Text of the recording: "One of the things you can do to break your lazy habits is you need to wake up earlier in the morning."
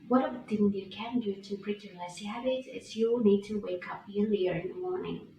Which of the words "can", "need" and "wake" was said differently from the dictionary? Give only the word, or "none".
none